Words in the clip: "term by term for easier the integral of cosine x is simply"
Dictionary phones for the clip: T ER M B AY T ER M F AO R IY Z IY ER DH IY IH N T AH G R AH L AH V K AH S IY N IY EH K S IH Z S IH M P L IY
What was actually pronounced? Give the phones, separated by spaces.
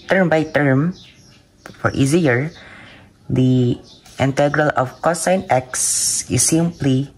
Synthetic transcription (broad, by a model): T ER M B AY T ER M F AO R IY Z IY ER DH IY IH N T AH G R AH L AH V K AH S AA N EH K S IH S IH M P L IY